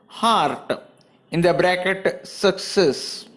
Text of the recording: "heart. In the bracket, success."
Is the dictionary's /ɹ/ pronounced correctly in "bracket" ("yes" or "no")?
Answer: yes